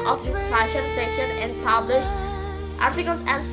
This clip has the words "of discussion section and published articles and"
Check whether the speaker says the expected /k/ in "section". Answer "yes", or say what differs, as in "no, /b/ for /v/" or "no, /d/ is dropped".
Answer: no, /k/ is dropped